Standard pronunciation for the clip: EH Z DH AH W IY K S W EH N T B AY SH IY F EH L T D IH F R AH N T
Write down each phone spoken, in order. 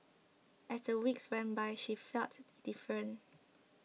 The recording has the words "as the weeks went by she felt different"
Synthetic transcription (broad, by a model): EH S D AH W IY K S W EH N B AY SH IY F EH L T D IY F R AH N